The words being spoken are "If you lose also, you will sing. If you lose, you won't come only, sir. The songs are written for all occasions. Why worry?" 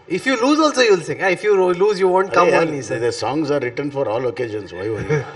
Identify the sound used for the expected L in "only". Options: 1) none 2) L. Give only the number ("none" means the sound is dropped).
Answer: 1